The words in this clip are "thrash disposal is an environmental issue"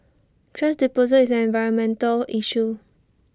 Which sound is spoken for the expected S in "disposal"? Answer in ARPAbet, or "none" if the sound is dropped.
none